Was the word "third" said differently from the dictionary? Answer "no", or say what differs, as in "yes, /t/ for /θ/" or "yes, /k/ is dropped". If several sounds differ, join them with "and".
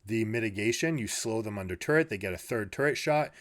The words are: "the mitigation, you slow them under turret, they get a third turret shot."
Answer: no